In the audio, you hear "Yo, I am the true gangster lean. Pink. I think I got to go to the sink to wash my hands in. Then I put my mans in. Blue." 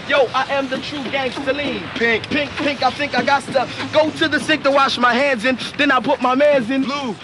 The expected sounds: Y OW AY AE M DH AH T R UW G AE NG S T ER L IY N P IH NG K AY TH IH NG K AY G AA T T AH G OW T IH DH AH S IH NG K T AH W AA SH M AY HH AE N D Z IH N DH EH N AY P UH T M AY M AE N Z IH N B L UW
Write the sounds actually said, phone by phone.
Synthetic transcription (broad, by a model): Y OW AY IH M DH AH T R UW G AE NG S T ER L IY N P IH NG K AY TH IH NG K AY G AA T T AH G OW T IH DH AH S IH K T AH W AA SH M AY HH AE N D Z IH N DH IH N AY P UH T M AY M AE N Z IH N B L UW